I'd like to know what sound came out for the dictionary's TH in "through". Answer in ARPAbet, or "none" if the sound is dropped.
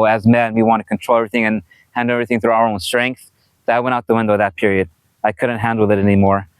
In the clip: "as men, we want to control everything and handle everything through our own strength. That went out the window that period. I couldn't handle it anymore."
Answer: TH